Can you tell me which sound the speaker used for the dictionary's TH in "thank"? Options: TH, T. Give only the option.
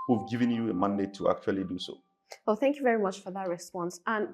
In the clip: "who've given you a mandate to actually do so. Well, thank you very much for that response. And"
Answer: TH